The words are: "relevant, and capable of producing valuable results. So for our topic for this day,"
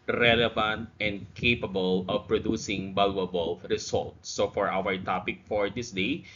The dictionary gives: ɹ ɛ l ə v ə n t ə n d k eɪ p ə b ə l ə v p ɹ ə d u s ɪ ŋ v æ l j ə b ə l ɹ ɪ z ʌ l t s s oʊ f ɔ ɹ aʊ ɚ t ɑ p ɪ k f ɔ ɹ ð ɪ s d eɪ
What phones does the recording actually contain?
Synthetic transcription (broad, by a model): ɹ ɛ l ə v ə n t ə n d k eɪ p ə b ə l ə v p ɹ ə d u s ɪ ŋ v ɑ l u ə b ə l ɹ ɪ s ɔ l t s s oʊ f ɔ ɹ aʊ ɚ t ɑ p ɪ k f ɔ ɹ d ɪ s d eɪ